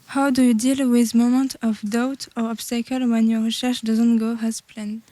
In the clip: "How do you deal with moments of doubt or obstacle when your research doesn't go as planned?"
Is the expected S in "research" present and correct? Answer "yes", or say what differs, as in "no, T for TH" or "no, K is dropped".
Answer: no, SH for S